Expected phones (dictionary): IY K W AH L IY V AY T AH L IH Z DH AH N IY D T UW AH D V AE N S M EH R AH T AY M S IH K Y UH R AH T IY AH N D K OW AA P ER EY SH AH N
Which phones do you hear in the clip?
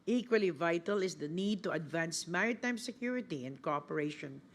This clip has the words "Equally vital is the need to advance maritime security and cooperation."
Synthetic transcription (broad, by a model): IY K W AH L IY V AY T AH L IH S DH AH N IY D T UW AH D V AE N S M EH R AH T AY M S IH K Y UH R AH T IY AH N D K OW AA P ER EY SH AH N